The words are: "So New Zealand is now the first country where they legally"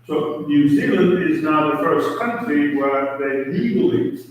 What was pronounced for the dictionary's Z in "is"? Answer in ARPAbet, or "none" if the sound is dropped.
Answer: Z